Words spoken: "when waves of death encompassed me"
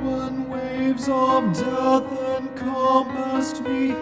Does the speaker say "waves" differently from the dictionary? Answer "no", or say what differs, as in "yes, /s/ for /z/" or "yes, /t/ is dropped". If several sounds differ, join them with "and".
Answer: no